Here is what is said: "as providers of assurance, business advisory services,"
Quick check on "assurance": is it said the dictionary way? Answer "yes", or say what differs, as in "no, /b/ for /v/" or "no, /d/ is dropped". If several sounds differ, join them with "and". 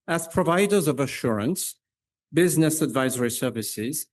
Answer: yes